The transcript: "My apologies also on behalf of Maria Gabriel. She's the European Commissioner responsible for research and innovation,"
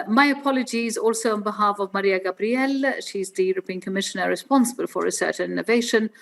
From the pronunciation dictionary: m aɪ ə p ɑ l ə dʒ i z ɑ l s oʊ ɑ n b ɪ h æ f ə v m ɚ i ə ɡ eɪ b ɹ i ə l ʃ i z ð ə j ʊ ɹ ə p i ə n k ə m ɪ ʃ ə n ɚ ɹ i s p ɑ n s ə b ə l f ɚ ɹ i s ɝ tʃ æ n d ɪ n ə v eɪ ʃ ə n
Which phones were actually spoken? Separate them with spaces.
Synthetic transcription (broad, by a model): m aɪ ə p ɑ l ə dʒ i z ɑ l s oʊ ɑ n b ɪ h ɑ f ə v m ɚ i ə ɡ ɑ b ɹ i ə l ʃ i z ð ə j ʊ ɹ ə p i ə n k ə m ɪ ʃ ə n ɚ ɹ i s p ɑ n s ə b ə l f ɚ ɹ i s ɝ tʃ n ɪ n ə v eɪ ʃ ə n